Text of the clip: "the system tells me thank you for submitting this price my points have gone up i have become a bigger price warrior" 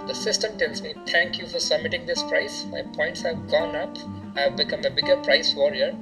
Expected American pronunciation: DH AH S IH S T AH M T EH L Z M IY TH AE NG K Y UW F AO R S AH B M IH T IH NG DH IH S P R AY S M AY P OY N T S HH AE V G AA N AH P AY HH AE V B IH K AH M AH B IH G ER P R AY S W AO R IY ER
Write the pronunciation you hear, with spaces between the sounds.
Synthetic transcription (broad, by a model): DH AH S IH S T AH M T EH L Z M IY T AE NG K Y UW F AO R S AH B M IH T IH NG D IH S P R AY S M AY P OY N T S HH AE V G AA N AH P HH AE V B IH K AH M AH B IH G ER P R AY S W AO R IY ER